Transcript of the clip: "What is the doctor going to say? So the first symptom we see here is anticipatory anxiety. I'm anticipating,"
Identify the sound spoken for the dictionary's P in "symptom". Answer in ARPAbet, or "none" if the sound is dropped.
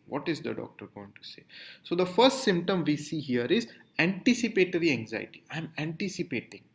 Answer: P